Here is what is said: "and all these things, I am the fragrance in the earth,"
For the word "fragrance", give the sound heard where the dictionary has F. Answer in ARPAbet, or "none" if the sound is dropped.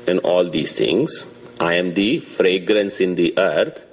F